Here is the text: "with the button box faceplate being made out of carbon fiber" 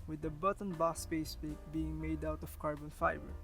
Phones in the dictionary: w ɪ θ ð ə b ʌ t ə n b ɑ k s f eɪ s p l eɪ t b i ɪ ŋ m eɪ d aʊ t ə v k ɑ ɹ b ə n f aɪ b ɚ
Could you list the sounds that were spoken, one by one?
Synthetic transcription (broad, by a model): w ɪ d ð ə b ʌ t ə n b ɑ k s p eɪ s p eɪ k b i ɪ ŋ m eɪ d aʊ t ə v k ɑ ɹ b ə n f aɪ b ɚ